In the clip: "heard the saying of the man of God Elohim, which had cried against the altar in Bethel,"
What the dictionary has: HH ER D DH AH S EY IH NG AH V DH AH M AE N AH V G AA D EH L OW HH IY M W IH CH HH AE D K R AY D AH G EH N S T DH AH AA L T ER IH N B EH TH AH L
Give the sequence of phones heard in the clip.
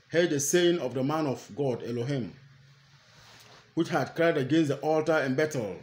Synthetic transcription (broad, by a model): HH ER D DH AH S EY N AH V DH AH M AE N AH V G AA D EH L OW HH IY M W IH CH HH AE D K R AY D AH G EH N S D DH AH AA L T ER IH N B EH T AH L